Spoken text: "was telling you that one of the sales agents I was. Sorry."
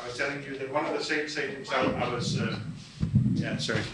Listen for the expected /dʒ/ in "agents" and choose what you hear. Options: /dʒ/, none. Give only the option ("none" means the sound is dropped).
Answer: none